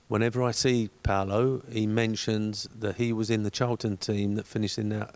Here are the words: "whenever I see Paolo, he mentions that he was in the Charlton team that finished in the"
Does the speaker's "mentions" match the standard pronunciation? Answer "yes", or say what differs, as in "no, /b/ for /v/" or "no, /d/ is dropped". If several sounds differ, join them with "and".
yes